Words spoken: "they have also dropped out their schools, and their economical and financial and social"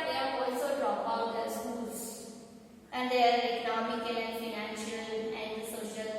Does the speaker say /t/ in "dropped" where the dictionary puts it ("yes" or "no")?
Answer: no